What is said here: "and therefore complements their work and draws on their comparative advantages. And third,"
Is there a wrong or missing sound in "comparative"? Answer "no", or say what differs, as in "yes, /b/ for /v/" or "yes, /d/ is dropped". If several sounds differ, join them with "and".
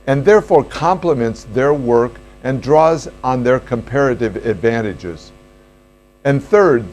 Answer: no